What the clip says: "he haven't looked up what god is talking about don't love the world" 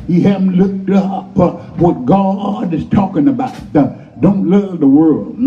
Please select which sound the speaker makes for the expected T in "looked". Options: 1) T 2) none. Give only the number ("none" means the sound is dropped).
1